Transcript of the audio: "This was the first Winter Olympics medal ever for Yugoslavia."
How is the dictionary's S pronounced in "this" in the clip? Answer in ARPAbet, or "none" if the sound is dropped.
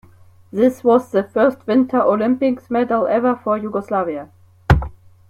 S